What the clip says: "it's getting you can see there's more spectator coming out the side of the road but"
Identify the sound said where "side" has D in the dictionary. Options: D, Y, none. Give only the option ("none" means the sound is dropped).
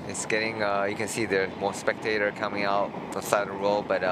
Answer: none